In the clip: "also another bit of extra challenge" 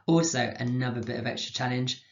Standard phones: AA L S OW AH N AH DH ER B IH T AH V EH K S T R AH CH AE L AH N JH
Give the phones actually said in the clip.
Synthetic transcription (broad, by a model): AA L S OW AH N AH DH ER B IH T AH V EH K S T R AH CH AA L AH N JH